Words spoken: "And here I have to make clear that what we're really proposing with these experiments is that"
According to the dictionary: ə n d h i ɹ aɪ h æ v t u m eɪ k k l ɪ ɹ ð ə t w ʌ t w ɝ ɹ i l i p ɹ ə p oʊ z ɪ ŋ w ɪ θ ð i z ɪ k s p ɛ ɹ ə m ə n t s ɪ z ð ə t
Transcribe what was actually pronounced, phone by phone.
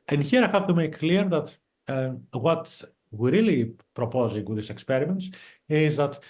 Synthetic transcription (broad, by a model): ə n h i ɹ aɪ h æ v t u m eɪ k k l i ɹ ð ə t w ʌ t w ɹ i l i p ɹ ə p oʊ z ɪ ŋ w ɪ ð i s ɪ k s p ɛ ɹ ə m ə n t s ɪ z ð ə t